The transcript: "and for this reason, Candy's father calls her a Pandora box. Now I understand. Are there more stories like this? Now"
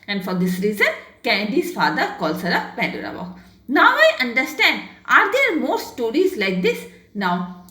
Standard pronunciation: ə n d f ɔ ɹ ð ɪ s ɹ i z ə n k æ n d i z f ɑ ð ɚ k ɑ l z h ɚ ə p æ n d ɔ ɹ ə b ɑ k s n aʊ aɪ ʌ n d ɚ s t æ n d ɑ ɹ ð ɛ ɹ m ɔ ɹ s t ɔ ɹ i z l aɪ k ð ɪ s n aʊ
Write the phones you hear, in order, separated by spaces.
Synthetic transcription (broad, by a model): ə n d f ɔ ɹ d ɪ s ɹ i z ə n k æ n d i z f ɑ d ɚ k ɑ l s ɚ ə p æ n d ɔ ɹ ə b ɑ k n aʊ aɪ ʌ n d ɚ s t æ n d ɑ ɹ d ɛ ɹ m ɔ ɹ s t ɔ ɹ i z l aɪ k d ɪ s n aʊ